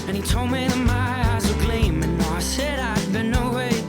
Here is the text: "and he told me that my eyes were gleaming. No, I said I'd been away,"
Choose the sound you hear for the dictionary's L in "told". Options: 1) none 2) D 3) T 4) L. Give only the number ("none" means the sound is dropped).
4